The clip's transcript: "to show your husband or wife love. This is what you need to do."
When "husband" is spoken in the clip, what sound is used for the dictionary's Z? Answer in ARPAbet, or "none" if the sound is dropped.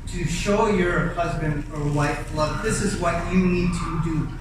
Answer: Z